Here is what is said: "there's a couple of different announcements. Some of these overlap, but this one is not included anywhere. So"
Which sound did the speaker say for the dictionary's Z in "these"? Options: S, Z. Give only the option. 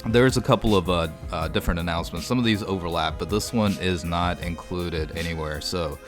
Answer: Z